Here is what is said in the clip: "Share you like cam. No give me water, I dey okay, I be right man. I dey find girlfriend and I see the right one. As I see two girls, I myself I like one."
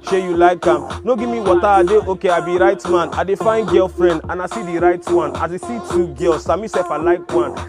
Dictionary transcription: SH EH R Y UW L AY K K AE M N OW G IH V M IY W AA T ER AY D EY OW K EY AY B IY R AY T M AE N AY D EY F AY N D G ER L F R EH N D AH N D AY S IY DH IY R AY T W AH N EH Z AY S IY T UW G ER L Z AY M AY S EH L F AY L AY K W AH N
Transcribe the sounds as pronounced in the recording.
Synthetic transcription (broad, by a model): SH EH Y UW L AY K K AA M N OW G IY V M IY W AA T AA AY D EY OW K EY AY B IY R AY T M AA N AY D EY F AY N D G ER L F R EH N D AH N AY S IY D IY R AY T W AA N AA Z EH S IY T UW G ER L S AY M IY S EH F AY L AY K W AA N